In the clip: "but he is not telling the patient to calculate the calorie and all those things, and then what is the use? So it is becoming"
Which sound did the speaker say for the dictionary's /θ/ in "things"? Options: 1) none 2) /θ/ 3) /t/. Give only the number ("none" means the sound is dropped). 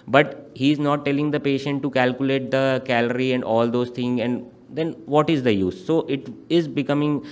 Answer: 3